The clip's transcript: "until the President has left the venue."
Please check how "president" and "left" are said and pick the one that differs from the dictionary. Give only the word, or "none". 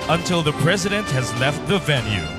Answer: none